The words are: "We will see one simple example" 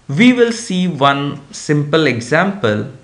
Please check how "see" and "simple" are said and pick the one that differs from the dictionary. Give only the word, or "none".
none